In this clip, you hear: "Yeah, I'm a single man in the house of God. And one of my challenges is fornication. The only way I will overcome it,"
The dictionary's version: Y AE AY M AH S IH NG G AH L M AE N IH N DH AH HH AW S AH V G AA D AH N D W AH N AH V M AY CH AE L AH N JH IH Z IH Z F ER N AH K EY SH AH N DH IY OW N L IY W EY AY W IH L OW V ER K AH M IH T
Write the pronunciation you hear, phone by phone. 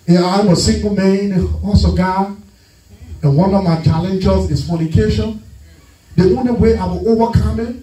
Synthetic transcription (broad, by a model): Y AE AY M AH S IH NG G AH L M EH IH N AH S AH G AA AH N W AH N AH V M AY CH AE L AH N JH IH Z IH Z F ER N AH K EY SH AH N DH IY OW N L IY W EY AY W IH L OW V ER K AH M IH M